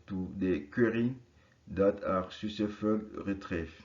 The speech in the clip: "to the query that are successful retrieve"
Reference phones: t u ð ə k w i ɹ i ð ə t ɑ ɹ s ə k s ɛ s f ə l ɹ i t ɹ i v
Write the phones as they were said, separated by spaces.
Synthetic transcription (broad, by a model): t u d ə k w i ɹ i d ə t ɑ ɹ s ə s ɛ f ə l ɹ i t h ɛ